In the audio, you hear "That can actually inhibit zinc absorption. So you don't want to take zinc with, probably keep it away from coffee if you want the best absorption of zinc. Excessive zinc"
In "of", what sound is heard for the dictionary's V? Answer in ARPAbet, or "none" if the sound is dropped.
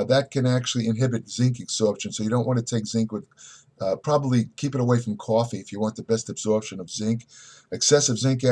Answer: V